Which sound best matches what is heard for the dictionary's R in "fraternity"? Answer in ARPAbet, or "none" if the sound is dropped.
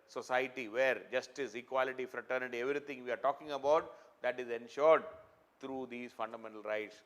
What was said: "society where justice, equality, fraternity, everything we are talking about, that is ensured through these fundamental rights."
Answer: R